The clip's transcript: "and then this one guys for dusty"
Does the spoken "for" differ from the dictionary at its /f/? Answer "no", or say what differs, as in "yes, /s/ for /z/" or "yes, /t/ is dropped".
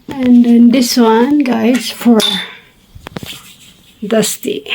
no